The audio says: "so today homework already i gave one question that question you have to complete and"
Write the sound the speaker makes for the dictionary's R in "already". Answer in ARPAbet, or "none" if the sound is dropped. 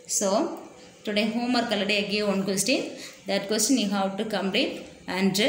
none